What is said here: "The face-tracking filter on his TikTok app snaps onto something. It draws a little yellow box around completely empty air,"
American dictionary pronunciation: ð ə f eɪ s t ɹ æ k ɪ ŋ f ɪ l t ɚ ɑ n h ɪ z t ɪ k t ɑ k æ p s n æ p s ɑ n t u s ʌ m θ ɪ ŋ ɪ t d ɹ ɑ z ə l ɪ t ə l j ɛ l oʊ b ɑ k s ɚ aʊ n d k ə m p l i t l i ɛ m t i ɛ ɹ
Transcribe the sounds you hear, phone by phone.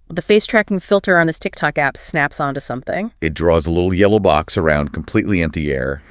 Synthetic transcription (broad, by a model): ð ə f eɪ s t ɹ æ k ɪ ŋ f ɪ l t ɚ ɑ n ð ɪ s t ɪ k t ɑ k æ p s n æ p s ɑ n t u s ʌ m θ ɪ ŋ ɪ t d ɹ ɑ z ə l ɪ t l j ɛ l oʊ b ɑ k s ɚ aʊ n d k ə m p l i t l i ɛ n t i ɛ ɹ